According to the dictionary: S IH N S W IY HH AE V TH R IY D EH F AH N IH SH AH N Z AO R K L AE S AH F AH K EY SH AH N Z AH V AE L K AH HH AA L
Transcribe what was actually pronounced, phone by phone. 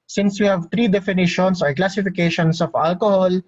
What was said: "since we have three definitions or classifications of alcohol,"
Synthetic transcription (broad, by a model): S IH N S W IY HH AE V T R IY D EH F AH N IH SH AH N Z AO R K L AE S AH F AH K EY SH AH N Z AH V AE L K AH HH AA L